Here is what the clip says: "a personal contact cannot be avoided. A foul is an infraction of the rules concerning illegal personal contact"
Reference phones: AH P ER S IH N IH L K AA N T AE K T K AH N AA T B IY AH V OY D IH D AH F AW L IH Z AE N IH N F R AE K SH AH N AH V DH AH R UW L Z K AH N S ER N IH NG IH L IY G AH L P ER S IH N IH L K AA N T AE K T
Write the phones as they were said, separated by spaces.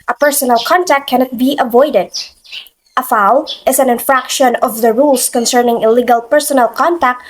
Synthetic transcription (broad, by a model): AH P ER S IH N IH L K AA N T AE K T K AH N AA T B IY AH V OY D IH D AH F AW L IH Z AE N IH N F R AE K SH AH N AH V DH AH R UW L S K AH N S ER N IH NG IH L IY G AH L P ER S IH N IH L K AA N T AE K T